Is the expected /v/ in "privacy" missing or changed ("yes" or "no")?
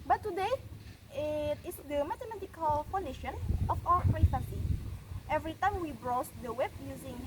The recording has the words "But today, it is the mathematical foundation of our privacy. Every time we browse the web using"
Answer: yes